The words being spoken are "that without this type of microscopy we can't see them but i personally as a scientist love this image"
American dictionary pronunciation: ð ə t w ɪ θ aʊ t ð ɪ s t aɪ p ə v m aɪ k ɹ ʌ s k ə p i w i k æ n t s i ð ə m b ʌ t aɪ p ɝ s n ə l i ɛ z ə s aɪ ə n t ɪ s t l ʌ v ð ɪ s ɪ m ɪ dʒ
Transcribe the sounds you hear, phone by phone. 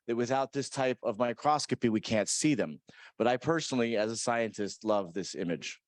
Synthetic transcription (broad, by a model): ð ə t w ɪ θ aʊ t ð ɪ s t aɪ p ə v m aɪ k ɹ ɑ s k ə p i w i k æ n t s i ð ə m b ʌ t aɪ p ɝ s n l i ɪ z ə s aɪ ə n t ɪ s t l ʌ v ð ɪ s ɪ m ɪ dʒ